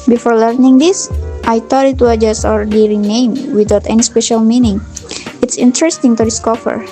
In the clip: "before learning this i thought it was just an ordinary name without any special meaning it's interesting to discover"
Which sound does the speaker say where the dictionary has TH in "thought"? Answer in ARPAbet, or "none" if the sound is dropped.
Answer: T